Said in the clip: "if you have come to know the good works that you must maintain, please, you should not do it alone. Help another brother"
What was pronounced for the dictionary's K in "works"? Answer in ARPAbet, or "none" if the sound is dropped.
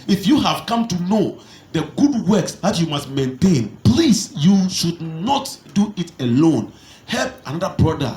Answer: K